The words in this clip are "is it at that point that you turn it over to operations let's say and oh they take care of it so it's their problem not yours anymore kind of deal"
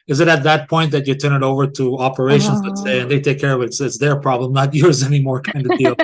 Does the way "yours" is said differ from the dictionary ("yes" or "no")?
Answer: no